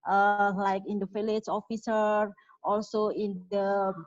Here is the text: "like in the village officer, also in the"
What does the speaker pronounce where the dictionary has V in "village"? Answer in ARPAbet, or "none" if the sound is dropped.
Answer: F